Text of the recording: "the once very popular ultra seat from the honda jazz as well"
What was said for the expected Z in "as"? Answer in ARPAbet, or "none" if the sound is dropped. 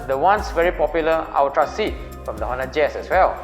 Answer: S